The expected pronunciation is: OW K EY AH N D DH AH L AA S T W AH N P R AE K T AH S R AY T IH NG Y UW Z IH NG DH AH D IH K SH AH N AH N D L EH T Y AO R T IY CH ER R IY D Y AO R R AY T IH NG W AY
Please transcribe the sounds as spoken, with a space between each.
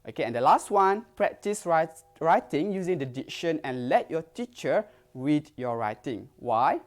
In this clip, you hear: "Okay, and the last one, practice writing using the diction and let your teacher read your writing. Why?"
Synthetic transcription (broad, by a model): OW K EY AH N D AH L AA S T W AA N P R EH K T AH S R AY T IH NG Y UW Z IH NG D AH D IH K SH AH N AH N L EH T Y AO T IY CH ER W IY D Y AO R R AY T IH NG W AY